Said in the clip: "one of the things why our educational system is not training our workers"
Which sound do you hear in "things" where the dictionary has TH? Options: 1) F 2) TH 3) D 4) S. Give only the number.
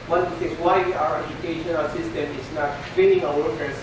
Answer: 4